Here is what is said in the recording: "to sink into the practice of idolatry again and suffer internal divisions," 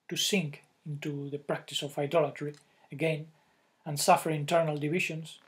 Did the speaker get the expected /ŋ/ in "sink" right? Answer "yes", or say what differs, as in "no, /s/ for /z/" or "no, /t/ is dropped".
yes